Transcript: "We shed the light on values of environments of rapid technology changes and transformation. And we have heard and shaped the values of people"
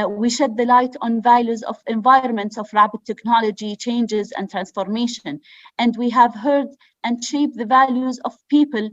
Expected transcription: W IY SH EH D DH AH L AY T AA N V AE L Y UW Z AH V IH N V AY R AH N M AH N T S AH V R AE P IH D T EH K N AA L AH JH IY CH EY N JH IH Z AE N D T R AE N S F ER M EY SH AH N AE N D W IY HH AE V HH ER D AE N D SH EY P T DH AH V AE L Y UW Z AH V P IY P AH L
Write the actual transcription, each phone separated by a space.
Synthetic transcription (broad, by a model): W IY SH EH D DH AH L AY T AA N V AE L Y UW Z AH V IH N V AY R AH N M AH N T S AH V R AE B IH T EH K N AA L AH JH IY CH EY N JH IH Z AE N D T R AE N S F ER M EY SH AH N AE N D W IY HH AE V HH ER D AE N D SH EY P DH AH V AE L Y UW Z AH V P IY P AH L